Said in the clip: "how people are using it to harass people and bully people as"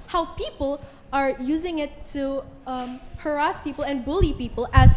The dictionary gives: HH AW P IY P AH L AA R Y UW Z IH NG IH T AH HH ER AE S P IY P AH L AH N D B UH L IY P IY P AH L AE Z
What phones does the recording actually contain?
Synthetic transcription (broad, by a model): HH AW P IY P AH L AA R Y UW Z IH NG IH T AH HH ER AE S P IY P AH L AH N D B UH L IY P IY P AH L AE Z